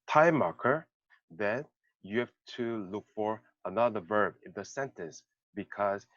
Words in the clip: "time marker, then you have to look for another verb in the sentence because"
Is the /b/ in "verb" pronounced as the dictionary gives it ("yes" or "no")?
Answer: yes